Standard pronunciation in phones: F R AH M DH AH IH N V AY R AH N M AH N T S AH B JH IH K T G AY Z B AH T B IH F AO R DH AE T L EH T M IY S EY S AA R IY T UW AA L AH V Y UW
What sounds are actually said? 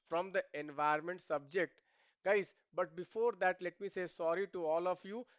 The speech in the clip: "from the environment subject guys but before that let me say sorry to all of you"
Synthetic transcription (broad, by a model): F R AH M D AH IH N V AY AH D M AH N T S AH B JH IH K T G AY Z B AH T B IH F AO R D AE T L EH T M IY S EY S AA R IY T UW AA L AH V Y UW